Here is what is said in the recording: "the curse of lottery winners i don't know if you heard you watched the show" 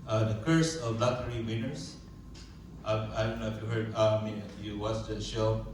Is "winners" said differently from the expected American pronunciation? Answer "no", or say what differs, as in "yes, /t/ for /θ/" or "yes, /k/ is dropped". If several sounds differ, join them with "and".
yes, /s/ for /z/